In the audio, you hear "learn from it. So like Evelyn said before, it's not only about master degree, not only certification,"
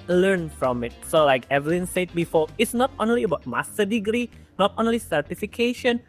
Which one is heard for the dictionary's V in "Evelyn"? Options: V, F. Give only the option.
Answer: V